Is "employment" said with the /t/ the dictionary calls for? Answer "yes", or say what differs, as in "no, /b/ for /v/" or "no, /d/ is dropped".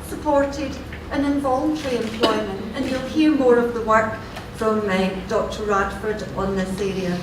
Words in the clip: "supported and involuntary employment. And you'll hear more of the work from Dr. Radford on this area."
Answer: yes